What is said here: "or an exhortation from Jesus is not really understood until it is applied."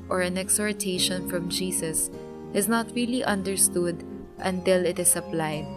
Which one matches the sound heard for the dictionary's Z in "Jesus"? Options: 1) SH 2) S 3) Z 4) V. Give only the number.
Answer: 2